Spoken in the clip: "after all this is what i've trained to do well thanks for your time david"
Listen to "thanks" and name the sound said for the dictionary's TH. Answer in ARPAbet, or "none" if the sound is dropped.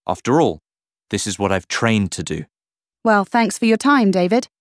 TH